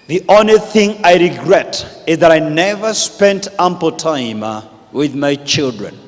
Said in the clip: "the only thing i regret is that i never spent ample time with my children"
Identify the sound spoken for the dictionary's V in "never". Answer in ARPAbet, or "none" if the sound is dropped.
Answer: V